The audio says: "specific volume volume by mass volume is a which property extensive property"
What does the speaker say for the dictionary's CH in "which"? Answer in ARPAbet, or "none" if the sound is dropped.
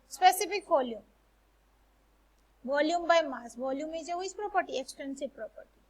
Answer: S